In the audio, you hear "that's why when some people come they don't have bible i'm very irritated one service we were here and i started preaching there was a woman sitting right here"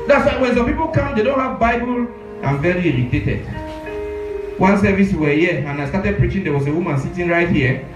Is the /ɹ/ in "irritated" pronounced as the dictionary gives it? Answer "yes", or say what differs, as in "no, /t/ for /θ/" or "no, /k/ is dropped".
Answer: no, /l/ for /ɹ/